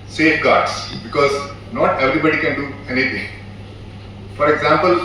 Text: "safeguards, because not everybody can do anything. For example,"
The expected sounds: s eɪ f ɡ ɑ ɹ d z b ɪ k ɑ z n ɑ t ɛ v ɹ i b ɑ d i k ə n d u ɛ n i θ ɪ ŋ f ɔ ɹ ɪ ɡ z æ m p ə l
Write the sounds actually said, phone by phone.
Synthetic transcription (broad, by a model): s eɪ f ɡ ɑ ɹ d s b ɪ k ɑ z n ɑ t ɛ v ɹ i b ɑ d i k ə n d u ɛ n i t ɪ ŋ f ɔ ɹ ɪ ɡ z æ m p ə l